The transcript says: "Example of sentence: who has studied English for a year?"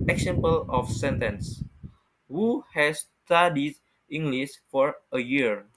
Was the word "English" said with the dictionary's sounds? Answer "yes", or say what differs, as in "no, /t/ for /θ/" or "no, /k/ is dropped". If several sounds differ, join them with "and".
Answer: no, /s/ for /ʃ/